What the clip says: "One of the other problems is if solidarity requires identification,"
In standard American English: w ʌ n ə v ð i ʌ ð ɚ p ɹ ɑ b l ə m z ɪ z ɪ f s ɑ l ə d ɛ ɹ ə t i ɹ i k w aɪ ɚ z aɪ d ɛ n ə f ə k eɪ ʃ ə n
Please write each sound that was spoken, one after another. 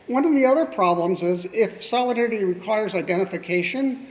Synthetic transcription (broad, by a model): w ʌ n ə v ð i ʌ ð ɚ p ɹ ɑ b l ə m z ɪ z ɪ f s ɑ l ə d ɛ ɹ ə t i ɹ i k w aɪ ɚ z aɪ d ɛ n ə f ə k eɪ ʃ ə n